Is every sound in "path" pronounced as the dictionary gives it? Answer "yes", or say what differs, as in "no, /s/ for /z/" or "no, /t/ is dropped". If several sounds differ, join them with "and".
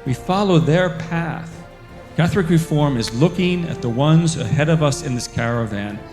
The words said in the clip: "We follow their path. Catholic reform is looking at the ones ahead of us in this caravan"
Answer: yes